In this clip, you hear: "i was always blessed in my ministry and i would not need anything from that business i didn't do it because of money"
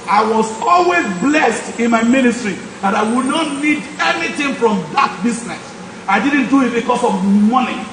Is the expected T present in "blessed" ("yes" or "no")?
yes